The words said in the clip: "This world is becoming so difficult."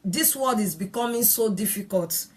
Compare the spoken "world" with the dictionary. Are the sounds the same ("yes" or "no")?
no